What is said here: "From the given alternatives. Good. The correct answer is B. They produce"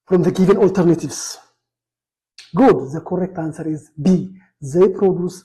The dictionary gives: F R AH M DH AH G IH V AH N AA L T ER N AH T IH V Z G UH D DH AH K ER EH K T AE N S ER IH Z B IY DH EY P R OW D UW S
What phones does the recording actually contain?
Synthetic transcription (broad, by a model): F R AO M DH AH G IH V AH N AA L T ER N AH T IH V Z G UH D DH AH K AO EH K T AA N S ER IH Z B IY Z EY P R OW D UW S